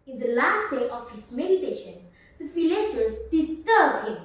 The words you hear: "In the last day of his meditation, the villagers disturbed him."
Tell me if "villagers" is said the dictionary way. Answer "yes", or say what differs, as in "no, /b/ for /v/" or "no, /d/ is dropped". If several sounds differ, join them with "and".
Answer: no, /f/ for /v/